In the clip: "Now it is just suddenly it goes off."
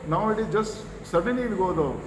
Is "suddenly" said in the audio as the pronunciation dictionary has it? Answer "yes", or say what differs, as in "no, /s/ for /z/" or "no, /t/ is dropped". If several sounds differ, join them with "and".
no, /l/ is dropped